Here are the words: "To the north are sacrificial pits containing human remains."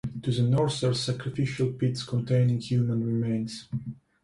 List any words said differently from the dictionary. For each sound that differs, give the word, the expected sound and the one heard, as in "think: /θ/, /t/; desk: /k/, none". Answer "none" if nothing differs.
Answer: north: /θ/, /s/